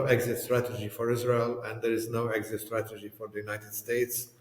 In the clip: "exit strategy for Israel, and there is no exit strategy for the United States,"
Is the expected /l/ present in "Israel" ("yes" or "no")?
yes